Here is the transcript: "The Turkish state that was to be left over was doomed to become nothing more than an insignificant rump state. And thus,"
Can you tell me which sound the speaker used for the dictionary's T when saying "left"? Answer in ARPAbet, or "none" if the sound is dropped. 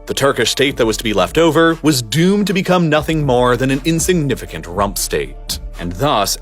T